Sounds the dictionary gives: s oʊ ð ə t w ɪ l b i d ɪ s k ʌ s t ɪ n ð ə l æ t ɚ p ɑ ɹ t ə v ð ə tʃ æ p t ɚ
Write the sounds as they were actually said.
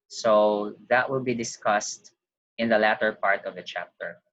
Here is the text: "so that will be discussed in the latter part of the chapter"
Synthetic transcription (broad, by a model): s oʊ ð ə t w ɪ l b i d ɪ s k ʌ s t ɪ n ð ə l æ t ɚ p ɑ ɹ t ə v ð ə tʃ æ p t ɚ